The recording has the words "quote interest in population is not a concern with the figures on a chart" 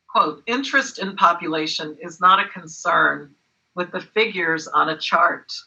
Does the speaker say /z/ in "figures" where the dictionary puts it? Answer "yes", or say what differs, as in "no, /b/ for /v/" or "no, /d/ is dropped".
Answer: yes